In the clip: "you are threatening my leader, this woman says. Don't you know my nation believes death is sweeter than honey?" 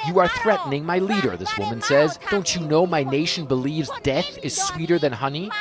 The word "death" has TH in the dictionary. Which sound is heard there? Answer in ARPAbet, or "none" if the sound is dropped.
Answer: TH